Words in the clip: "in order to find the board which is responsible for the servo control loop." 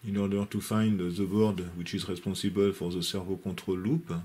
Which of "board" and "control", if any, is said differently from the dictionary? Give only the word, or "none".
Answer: control